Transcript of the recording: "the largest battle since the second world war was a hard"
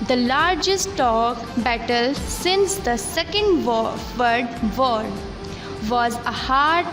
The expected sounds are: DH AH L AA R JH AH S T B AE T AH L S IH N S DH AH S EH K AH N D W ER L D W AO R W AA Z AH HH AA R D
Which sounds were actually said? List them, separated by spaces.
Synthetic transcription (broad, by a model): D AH L AA R JH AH S T B AE T AH L S IH N S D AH S EH K AH N D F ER D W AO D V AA Z AH HH AA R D